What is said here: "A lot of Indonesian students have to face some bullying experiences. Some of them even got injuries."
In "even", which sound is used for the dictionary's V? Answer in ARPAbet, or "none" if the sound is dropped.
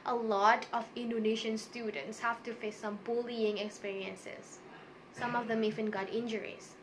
F